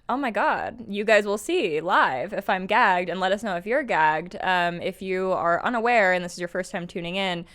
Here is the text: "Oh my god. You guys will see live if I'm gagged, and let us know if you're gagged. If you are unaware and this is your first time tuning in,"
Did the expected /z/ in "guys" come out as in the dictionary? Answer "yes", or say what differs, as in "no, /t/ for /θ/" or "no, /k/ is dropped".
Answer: yes